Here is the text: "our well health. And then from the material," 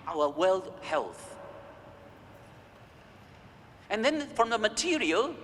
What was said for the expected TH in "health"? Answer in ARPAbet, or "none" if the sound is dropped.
TH